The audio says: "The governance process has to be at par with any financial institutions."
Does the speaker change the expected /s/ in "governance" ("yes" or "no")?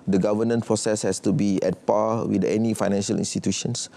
yes